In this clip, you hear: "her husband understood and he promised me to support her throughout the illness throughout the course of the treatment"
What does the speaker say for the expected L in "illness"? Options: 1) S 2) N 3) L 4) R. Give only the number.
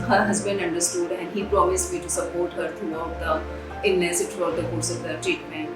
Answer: 2